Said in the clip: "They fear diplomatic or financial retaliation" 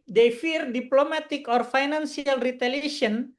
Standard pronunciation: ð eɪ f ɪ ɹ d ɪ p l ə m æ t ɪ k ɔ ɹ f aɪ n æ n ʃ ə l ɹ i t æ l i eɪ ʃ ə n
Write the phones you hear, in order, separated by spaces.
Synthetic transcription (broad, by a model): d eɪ f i ɹ d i p l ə m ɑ t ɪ k ɔ ɹ f aɪ n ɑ n s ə l ɹ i t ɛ l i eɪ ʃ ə n